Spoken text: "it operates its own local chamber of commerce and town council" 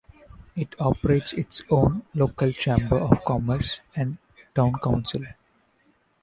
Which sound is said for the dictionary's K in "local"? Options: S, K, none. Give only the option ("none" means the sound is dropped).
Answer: K